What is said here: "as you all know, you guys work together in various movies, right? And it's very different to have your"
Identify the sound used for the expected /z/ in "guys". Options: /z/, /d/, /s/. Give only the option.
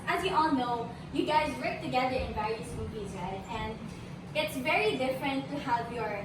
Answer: /z/